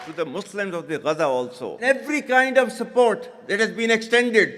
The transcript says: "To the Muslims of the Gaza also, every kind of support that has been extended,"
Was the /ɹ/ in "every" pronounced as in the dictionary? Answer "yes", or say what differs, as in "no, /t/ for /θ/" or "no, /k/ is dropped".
yes